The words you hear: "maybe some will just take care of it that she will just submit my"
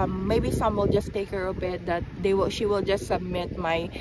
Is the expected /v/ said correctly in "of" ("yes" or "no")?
no